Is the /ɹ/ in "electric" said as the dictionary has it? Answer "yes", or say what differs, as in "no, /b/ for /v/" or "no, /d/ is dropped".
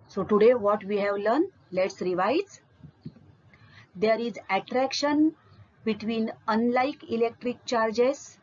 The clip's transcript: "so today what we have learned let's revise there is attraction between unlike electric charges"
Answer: yes